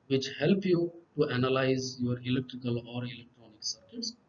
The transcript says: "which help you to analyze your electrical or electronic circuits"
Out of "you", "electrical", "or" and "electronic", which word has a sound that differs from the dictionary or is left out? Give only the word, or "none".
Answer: none